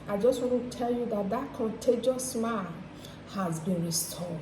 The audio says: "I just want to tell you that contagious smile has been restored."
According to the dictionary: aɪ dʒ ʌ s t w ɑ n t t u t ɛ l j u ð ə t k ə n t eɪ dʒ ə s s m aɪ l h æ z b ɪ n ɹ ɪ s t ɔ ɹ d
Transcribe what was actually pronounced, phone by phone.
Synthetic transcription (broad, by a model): aɪ dʒ ʌ s t w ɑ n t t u t ɛ l j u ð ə t k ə n t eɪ dʒ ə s s m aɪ n h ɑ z b ɪ n ɹ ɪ s t ɔ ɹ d